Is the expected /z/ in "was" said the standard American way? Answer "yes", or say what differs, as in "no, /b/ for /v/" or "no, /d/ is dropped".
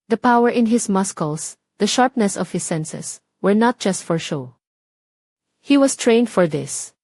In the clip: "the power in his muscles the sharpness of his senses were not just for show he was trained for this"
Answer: no, /s/ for /z/